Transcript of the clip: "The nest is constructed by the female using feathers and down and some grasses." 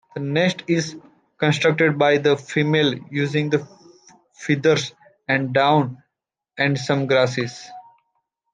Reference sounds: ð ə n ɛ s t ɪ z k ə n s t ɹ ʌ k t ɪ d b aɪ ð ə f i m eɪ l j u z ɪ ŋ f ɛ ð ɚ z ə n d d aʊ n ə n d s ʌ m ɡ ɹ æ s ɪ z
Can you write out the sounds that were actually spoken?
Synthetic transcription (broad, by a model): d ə n ɛ s t ɪ z k ə n s t ɹ ʌ k t ɪ d b aɪ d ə f i m eɪ l j u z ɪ ŋ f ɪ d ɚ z ə n d d aʊ n ə n d s ʌ m ɡ ɹ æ s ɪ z